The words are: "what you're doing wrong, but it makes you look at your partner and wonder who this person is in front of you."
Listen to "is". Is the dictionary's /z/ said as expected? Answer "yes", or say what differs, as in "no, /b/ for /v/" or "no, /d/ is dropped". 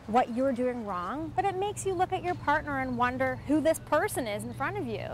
yes